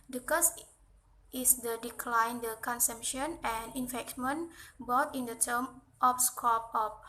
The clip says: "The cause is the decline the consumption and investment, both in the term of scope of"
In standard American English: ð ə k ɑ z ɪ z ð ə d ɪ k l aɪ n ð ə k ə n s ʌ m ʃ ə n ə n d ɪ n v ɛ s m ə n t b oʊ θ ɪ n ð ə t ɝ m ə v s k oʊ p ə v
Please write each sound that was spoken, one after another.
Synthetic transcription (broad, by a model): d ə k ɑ s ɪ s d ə d ɪ k l aɪ n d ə k ə n s ʌ m ʃ ə n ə n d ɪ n f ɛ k m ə n b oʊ t ɪ n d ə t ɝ m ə p s k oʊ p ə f